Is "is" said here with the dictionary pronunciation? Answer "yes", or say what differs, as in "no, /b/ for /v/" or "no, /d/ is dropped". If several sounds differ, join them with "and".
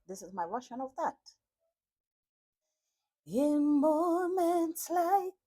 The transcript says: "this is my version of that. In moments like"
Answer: yes